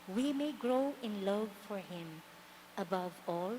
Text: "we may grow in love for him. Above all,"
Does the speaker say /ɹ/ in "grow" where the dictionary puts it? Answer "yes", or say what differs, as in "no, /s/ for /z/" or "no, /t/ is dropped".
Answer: yes